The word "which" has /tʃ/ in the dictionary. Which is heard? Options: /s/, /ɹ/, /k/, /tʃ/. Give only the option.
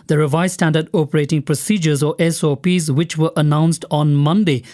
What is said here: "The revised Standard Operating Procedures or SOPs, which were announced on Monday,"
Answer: /tʃ/